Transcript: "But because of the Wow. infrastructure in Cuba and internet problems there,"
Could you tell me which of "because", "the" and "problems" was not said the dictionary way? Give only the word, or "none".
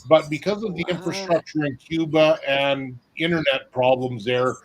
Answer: none